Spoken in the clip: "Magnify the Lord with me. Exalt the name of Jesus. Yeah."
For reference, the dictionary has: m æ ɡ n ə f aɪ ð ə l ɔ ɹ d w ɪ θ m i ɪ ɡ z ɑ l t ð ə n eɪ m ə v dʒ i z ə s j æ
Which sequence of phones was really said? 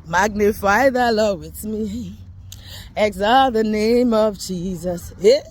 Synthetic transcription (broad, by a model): m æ ɡ n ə f aɪ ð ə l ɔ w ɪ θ m i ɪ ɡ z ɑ ð ə n eɪ m ə v dʒ i z ə s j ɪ